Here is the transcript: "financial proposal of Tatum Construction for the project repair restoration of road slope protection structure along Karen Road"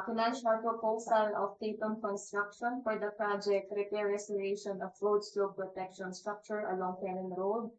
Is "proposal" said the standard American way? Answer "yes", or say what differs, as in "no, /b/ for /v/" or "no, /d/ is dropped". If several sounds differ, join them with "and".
no, /s/ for /z/